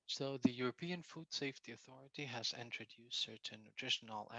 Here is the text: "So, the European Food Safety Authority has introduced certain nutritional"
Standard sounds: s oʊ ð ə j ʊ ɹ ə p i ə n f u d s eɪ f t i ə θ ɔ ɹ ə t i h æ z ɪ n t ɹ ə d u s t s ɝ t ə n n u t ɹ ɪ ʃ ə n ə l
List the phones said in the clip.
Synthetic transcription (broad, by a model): s oʊ ð ə j ʊ ɹ ə p i ə n f u d s eɪ f t i ə θ ɔ ɹ ə t i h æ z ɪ n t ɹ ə d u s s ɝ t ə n n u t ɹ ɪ ʃ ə n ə l